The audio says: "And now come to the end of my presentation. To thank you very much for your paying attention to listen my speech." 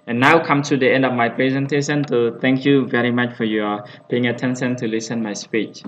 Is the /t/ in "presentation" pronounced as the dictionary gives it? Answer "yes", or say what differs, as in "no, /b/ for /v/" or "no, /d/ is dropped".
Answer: yes